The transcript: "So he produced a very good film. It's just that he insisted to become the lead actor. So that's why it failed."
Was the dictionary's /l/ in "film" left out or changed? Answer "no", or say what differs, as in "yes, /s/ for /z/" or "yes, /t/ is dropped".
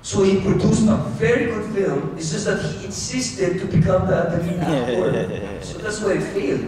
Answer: no